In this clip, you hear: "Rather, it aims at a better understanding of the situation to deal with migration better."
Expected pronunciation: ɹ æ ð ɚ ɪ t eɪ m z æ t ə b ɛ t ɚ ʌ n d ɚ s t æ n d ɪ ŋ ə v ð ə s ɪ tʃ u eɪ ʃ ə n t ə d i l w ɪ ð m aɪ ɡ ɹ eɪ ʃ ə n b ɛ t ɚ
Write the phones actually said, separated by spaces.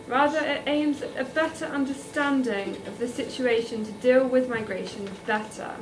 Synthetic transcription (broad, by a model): ɹ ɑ ð ɚ ɪ t eɪ m z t ə b ɛ t ɚ ʌ n d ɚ s t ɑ n d ɪ ŋ ə v ð ə s ɪ tʃ u eɪ ʃ ə n t ə d i l w ɪ ð m aɪ ɡ ɹ eɪ ʃ ə n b ɛ t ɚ